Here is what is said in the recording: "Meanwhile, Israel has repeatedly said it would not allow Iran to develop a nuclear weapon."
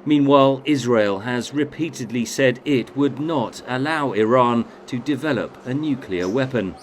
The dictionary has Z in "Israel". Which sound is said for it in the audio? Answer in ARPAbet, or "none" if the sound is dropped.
Z